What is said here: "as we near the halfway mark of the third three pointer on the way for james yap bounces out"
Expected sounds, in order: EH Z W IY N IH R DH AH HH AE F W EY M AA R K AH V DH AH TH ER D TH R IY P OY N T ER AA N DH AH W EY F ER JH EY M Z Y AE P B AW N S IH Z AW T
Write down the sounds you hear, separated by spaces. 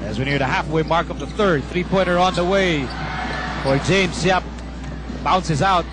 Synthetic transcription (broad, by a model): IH Z W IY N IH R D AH HH AE F W EY M AA R K AH V DH AH TH ER D TH R IY P OY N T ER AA N DH AH W EY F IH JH EY M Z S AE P B AW N S IH Z AW T